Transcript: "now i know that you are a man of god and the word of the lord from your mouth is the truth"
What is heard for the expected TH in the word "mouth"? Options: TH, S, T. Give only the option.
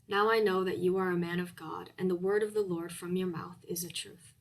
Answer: TH